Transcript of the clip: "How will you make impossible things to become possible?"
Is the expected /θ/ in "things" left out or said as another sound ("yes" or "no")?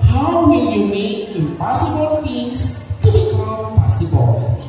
yes